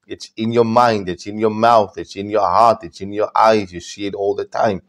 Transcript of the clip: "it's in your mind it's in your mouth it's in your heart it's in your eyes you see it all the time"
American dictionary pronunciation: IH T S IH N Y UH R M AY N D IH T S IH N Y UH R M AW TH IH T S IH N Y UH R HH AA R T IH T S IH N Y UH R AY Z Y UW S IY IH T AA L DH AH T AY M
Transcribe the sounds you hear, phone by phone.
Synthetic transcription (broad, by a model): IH T S IH N Y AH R M AY N D IH T S IH N Y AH R M AW TH IH T S IH N Y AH R HH AA R T IH T S IH N Y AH R AY Z Y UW S IY IH T AA L DH AH T AY M